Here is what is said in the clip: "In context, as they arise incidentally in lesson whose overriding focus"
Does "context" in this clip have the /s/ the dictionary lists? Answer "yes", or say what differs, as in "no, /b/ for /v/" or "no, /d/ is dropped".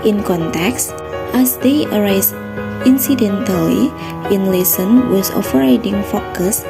yes